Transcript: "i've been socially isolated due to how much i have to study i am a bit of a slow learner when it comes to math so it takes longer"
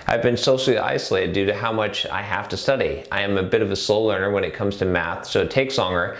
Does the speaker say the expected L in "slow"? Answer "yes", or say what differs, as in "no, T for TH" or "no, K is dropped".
no, L is dropped